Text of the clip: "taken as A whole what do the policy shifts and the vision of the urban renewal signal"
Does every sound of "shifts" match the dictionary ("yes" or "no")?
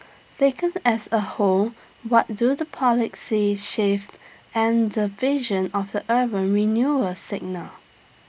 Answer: no